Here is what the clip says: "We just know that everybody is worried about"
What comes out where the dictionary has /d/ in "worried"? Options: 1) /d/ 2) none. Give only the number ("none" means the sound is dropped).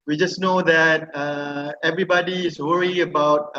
2